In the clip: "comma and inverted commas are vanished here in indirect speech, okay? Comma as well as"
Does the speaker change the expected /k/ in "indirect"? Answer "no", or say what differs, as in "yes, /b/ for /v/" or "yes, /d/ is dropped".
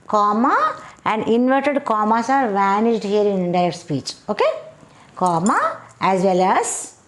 yes, /k/ is dropped